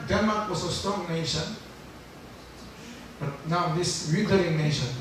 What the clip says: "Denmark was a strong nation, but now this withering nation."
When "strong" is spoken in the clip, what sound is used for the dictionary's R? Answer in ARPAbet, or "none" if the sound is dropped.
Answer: none